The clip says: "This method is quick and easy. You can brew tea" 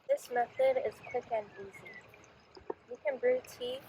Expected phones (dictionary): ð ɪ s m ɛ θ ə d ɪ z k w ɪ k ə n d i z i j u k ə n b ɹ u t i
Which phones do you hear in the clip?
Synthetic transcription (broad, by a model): ð ɪ s m ɛ θ ə d ɪ z k w ɪ k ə n i z i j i k ə n b ɹ u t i